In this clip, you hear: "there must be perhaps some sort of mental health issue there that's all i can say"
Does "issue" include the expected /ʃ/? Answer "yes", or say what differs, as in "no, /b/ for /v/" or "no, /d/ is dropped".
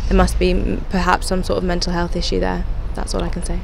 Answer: yes